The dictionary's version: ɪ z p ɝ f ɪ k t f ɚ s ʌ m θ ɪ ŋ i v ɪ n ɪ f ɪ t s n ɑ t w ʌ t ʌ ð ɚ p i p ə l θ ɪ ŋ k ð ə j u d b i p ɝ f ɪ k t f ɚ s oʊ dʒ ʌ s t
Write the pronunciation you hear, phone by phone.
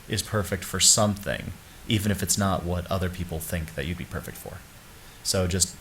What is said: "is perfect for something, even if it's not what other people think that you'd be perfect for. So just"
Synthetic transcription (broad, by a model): ɪ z p ɝ f ɪ k t f ɚ s ʌ m θ ɪ ŋ i v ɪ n ɪ f ɪ t s n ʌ t w ʌ t ʌ ð ɚ p i p l θ ɪ ŋ k ð ə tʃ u d b i p ɝ f ɪ k t f ɚ s oʊ dʒ ʌ s t